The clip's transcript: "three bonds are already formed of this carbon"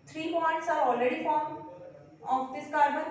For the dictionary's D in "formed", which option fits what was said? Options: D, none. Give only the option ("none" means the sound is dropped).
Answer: none